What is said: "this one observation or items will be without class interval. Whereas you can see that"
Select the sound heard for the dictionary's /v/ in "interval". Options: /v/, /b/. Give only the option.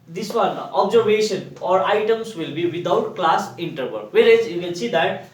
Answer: /b/